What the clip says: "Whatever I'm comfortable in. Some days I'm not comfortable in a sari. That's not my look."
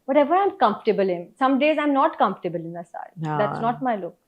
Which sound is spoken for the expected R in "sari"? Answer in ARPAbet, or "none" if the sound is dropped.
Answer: none